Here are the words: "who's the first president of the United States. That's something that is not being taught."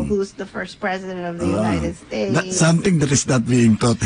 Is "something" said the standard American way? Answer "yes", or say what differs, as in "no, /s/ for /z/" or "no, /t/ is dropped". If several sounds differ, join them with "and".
no, /t/ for /θ/